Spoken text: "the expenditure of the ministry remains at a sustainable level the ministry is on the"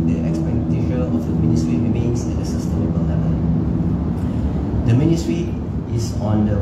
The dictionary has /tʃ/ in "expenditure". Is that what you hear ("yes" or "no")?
no